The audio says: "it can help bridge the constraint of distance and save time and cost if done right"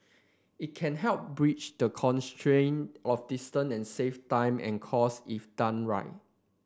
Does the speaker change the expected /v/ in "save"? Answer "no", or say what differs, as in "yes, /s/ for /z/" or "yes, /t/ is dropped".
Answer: yes, /f/ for /v/